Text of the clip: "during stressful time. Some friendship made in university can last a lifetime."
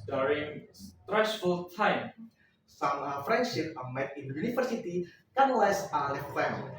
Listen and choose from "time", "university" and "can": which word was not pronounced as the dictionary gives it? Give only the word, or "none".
university